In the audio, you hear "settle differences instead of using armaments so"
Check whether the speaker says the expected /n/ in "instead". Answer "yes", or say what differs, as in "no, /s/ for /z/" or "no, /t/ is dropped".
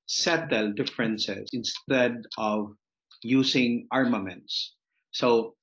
yes